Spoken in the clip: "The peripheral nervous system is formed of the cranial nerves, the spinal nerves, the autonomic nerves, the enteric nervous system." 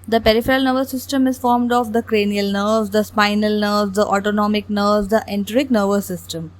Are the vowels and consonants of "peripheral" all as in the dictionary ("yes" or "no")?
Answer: yes